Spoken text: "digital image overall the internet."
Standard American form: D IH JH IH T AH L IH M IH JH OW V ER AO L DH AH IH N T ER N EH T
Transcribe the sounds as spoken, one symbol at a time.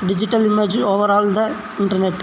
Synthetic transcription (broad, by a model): D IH JH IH T AH L IH M IH JH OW V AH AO L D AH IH N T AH N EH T